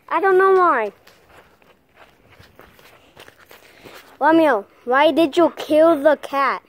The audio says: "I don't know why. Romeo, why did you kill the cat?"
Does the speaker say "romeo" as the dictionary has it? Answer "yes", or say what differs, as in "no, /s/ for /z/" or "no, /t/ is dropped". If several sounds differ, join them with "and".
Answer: no, /w/ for /ɹ/